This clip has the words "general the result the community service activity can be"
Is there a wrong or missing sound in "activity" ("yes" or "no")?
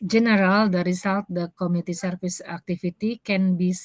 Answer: yes